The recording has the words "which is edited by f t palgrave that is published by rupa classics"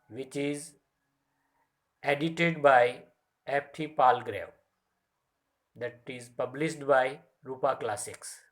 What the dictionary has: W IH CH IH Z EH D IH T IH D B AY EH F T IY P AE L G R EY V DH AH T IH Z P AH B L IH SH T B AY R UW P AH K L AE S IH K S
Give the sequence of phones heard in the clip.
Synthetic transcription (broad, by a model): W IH CH IH Z EH D IH T IH D B AY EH P T IY P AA L G R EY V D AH T IH Z P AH B L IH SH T B AY R UW P AH K L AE S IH K S